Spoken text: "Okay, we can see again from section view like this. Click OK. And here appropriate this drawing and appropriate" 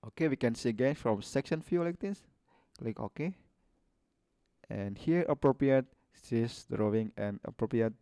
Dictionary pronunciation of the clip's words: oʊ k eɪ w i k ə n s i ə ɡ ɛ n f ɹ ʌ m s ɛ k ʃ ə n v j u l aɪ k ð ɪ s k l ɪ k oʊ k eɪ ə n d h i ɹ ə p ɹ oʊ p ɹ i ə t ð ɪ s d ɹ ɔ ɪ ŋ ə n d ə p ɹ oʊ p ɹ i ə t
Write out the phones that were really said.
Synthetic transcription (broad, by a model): oʊ k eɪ w i k ə n s i ə ɡ ɛ n f ɹ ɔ m s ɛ k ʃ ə n f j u l aɪ k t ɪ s l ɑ k oʊ k eɪ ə n h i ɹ ə p ɹ oʊ p ɹ i ə t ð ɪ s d ɹ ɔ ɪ ŋ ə n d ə p ɹ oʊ p ɹ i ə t